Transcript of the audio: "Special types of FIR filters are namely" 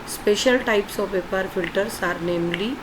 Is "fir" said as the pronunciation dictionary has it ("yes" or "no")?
no